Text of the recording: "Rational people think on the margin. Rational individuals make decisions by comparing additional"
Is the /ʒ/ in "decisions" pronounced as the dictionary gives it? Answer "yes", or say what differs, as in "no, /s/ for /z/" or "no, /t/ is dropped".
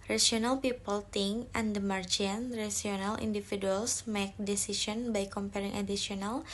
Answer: no, /s/ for /ʒ/